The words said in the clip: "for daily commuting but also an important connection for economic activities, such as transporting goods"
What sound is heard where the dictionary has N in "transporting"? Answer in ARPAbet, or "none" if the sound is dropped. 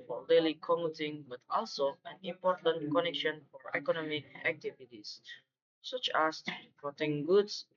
none